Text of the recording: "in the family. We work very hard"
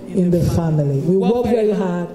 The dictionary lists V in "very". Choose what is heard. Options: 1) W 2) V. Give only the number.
1